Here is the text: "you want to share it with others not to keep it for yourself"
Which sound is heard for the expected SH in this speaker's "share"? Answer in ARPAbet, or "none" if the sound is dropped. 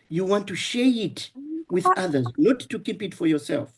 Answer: SH